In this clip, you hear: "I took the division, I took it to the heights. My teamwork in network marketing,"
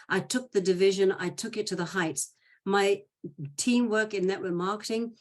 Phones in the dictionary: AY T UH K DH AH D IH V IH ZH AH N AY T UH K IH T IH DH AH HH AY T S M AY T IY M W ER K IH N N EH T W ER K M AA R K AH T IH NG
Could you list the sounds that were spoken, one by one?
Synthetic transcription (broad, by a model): AY T UH K DH AH D IH V IH ZH AH N AY T UH K IH T IH DH AH HH AY T S M AY T IY M W ER K IH N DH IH T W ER M AA R K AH T IH NG